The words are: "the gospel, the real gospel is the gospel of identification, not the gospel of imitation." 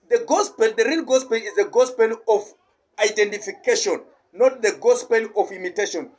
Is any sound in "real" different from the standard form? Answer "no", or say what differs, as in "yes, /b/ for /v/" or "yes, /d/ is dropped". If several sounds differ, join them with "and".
yes, /n/ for /l/